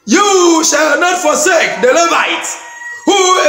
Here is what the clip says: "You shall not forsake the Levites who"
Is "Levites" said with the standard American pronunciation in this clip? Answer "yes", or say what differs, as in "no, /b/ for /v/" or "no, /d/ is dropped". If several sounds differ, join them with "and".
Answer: no, /s/ is dropped